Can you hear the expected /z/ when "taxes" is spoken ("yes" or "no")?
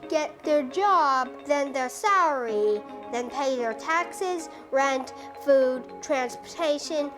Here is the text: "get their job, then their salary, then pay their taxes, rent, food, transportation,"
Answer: yes